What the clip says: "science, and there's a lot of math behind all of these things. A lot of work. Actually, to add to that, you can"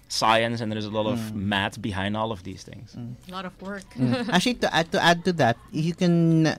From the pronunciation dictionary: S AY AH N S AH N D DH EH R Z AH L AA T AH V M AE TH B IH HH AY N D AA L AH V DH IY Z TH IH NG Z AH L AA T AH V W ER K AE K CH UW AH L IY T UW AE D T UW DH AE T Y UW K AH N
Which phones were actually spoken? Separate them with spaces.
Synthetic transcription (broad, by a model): S AY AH N S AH N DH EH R Z AH L AA T AH V M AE T B IH HH AY N D AA L AH V DH IY Z TH IH NG Z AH L AA T AH V W ER K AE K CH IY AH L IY T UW AE D T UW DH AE T Y UW K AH N